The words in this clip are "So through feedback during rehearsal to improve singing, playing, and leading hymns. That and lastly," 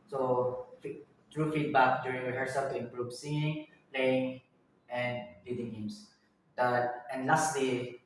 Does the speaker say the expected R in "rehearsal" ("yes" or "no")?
no